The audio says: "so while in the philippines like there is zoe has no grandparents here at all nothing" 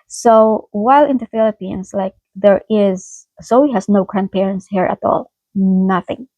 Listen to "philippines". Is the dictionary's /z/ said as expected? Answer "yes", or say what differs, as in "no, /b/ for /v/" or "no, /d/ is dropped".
no, /s/ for /z/